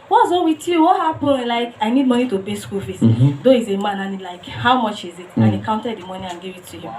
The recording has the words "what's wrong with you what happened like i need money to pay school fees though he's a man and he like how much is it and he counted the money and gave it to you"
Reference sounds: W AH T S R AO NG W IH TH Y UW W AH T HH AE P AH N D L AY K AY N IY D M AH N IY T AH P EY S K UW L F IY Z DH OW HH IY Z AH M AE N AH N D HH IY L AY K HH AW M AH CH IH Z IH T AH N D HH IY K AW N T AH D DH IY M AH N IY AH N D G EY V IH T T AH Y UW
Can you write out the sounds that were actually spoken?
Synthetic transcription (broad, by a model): W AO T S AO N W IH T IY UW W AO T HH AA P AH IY L AY K AY N IY D M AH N IY T AH B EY S K UW L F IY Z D OW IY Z AH M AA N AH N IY L AY K HH AW M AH CH IH Z IH T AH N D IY K AW N T AH D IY M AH N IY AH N G EY V IH T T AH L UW